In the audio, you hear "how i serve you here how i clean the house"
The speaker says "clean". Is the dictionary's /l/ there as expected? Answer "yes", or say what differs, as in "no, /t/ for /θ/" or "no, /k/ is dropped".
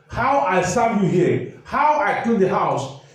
no, /l/ is dropped